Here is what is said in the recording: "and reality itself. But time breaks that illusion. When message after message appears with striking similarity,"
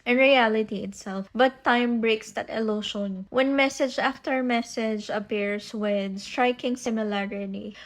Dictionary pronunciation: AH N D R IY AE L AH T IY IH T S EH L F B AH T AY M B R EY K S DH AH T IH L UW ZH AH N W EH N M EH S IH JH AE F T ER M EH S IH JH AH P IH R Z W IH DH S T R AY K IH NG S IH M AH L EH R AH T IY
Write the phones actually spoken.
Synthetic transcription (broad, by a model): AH N R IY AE L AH T IY IH T S EH L F B AH T AY M B R EY K S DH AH T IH L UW SH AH N W EH N M EH S IH JH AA F T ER M EH S IH JH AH P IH R S W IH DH S T R AY K IH NG S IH M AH L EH R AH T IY